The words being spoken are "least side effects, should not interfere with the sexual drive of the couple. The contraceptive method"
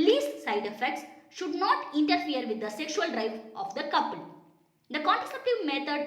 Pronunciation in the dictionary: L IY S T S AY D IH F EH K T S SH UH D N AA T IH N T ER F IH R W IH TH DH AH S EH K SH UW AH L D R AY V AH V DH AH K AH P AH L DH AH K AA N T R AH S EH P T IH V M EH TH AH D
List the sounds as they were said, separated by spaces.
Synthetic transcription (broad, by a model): L IY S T S AY D IH F EH K T S SH UH D N AA T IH N T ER F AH R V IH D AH S EH K SH UW AH L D R AY F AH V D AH K AH P AH L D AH K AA N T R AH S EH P T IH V M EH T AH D